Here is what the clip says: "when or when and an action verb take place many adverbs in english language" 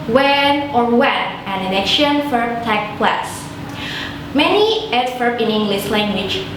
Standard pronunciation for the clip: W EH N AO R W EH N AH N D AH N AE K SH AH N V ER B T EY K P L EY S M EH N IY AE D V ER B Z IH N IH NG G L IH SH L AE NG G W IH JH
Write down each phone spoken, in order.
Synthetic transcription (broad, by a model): W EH N AO R W EH N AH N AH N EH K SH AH N F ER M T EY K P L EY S M EH N IY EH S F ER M IH N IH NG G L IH S L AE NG G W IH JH